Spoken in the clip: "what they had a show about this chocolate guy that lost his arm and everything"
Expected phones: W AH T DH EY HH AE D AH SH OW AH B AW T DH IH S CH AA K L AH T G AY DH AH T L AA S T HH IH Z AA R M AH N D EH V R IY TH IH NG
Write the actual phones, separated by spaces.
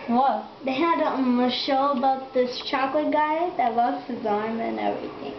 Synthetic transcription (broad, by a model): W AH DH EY HH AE D AH SH OW AH B AW T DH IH S CH AA K L AH T G AY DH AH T W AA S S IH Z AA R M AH N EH V R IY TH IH NG